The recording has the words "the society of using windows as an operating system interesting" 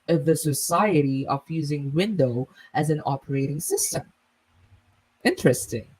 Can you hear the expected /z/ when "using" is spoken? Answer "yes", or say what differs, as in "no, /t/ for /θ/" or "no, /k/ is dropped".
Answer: yes